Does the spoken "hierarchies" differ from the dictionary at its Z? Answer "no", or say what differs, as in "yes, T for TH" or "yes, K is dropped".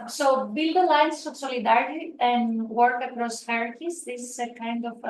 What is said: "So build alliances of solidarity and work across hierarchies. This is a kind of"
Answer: yes, S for Z